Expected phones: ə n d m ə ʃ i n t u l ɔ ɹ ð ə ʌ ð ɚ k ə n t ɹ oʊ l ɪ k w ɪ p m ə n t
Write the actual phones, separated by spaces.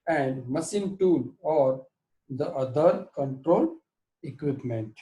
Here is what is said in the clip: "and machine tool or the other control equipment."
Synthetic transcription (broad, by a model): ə n d m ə s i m t u l ɔ ɹ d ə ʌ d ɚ k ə n t ɹ oʊ l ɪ k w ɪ p m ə n t